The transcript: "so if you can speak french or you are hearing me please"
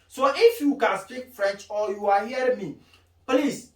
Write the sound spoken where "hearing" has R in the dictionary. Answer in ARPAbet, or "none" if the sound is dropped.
none